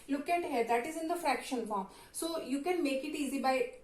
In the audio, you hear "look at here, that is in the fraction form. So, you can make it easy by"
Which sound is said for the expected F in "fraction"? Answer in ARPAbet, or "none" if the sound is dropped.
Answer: F